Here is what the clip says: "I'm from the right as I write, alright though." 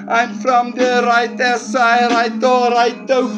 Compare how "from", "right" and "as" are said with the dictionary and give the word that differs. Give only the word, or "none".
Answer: as